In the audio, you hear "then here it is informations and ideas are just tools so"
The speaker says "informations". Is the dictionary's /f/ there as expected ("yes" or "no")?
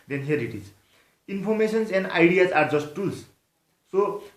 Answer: no